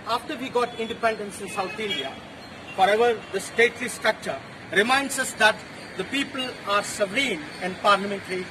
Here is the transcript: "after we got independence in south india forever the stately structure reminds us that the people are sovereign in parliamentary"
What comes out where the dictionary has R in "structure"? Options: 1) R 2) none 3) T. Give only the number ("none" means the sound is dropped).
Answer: 1